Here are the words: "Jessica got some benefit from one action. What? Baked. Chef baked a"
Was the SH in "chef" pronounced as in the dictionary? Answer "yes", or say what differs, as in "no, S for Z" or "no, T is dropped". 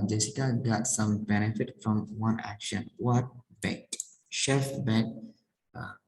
yes